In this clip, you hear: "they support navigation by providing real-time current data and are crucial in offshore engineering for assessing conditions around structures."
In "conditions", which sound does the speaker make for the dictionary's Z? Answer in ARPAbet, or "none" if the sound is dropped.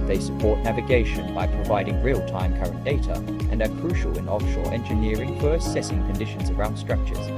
Z